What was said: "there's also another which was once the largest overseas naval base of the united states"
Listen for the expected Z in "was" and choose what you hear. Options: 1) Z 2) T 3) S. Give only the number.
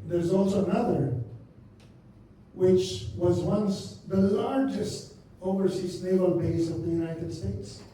1